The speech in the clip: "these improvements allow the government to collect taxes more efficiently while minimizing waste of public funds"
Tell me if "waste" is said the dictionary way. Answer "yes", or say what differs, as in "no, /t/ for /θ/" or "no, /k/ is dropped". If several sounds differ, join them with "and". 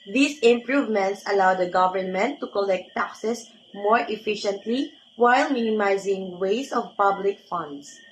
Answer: no, /t/ is dropped